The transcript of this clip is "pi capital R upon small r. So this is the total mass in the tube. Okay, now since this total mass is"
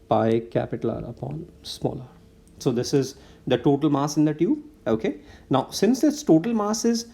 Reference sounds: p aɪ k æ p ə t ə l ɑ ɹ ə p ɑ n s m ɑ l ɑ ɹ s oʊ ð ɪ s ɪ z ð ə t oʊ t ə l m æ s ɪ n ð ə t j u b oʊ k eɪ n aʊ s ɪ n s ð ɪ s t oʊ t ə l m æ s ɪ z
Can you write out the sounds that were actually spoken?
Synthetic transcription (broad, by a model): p aɪ k æ p ə t ə l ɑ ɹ ə p ɑ n s m ɑ l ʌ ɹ s oʊ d ɪ s ɪ z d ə t oʊ t ə l m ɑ s ɪ n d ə t j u oʊ k eɪ n aʊ s ɪ n s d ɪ s t oʊ t ə l m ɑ s ɪ z